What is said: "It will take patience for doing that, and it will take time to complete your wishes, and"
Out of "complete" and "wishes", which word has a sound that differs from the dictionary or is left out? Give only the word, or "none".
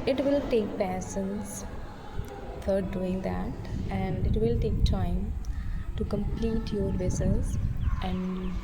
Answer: wishes